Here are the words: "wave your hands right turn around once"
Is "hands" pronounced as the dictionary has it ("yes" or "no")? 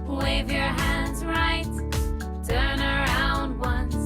yes